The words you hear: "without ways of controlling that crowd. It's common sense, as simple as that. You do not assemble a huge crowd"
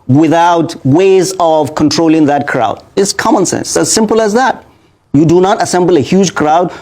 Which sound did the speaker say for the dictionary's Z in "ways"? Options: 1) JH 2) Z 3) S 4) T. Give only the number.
2